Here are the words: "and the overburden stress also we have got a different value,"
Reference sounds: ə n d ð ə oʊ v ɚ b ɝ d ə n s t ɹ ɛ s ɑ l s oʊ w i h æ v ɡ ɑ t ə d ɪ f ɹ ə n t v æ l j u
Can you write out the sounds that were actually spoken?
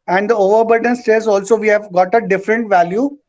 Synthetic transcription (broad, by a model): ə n d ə oʊ v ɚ b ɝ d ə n s t ɛ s ɑ l s oʊ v i h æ v ɡ ɑ t ə d ɪ f ɹ ə n t v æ l j u